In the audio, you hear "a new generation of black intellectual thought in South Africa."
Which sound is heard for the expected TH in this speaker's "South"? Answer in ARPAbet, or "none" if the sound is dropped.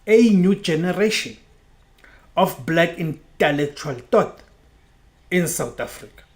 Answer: T